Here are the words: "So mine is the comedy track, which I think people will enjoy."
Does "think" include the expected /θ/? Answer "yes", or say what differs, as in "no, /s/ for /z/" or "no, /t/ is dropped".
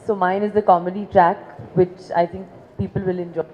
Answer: no, /t/ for /θ/